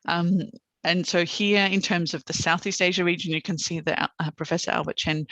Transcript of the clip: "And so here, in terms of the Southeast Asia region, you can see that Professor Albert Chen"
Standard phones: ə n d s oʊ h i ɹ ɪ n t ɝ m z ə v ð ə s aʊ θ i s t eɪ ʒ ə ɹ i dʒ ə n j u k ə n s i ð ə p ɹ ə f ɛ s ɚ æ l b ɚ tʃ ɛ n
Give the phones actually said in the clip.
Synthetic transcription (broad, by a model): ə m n s oʊ h i ɹ ɪ n t ɝ m z ə v ð ə s aʊ θ i s t eɪ ʒ ə ɹ i dʒ ə n j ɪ k ə n s i ð ə p ɹ ə f ɛ s ɚ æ l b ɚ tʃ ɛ n